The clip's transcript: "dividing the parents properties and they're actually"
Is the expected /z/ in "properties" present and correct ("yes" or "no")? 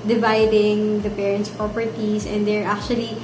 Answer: no